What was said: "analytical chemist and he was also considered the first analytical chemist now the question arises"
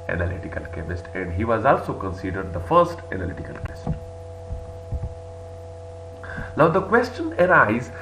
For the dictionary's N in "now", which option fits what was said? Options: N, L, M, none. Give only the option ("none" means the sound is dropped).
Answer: L